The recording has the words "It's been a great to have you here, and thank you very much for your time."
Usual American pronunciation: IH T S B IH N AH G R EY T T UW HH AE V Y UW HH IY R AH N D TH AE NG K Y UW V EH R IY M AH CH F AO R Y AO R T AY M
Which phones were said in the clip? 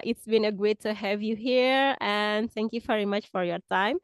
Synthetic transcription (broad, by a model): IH T S B IH N AH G EY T T UW HH AE V Y UW HH IY R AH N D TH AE NG K Y UW V EH R IY M AH CH F AO R Y AO R T AY M